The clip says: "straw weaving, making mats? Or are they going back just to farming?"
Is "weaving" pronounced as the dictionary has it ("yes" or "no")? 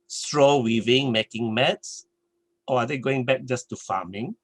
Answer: yes